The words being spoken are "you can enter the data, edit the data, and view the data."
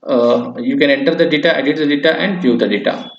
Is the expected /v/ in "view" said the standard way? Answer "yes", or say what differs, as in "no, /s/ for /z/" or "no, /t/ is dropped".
no, /p/ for /v/